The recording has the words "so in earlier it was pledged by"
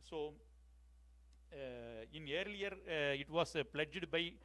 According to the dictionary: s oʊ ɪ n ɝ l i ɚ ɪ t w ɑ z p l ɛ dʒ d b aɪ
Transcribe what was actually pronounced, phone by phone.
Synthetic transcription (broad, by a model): s oʊ ɪ n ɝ l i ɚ ɪ t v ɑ s p l ɛ dʒ d b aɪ